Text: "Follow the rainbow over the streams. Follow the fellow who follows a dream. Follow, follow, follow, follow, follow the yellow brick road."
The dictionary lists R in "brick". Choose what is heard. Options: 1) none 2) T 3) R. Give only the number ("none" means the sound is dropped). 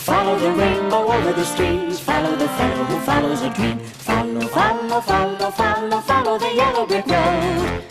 1